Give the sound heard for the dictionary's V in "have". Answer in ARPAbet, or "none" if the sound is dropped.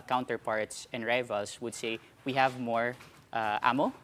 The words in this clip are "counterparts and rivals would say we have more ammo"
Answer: V